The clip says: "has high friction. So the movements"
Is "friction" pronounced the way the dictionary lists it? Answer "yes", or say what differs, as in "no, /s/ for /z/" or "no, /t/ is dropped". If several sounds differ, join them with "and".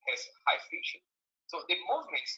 no, /ɹ/ is dropped